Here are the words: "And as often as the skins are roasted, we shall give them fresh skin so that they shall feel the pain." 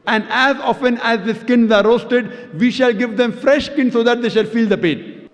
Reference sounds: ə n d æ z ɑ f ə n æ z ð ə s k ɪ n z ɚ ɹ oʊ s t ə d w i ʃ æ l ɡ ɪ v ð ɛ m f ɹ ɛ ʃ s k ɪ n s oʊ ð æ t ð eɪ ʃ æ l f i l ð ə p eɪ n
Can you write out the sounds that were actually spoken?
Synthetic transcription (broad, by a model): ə n d æ z ɑ f ə n æ z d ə s k ɪ n z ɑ ɹ oʊ s t ə d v i ʃ æ l ɡ ɪ v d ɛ m f ɹ ɛ ʃ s k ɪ n s oʊ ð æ t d eɪ ʃ æ l f i l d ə p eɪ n